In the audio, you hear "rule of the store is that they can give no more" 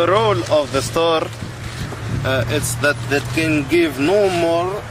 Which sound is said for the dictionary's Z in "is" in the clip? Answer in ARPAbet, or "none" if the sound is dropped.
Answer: S